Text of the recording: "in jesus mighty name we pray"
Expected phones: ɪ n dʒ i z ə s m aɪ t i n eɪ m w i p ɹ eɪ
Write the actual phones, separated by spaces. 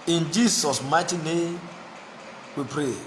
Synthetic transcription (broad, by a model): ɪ n dʒ i s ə s m aɪ t i n eɪ m w i p ɹ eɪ